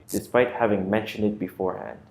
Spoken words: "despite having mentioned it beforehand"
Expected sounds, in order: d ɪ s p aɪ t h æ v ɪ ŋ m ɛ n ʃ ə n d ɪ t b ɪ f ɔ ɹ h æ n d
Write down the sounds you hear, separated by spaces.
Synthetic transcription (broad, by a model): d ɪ s p aɪ t h æ v ɪ ŋ m ɛ n ʃ ə n d ɪ t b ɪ f ɔ ɹ h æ n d